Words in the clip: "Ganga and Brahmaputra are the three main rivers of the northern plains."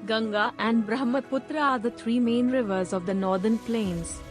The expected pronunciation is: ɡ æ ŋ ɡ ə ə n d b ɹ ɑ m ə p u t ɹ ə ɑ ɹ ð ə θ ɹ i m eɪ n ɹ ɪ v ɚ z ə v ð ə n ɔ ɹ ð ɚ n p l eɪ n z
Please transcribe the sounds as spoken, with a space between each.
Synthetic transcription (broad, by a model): ɡ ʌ ŋ ɡ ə ə n d b ɹ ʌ m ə p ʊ t ɹ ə ɑ ɹ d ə t ɹ i m eɪ n ɹ ɪ v ɚ z ə v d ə n ɔ ɹ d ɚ n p l eɪ n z